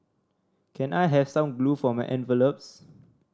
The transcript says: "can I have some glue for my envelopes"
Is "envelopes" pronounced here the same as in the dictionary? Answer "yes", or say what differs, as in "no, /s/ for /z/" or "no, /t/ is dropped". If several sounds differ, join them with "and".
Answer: yes